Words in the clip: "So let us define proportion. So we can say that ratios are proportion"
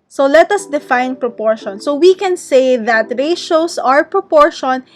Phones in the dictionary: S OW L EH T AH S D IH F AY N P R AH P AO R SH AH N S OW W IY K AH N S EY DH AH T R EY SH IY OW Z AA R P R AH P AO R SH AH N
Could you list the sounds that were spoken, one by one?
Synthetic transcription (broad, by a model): S OW L EH T AH S D IH F AY N P R AH P AO R SH AH N S OW W IY K AH N S EY DH AH T R EY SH OW S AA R P R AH P AO R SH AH N